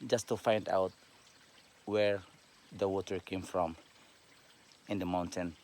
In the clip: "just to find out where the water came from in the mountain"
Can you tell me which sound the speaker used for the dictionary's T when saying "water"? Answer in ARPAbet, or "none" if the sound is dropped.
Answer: T